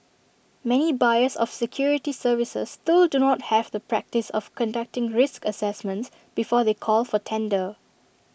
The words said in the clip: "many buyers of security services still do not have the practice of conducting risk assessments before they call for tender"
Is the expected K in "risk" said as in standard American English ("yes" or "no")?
yes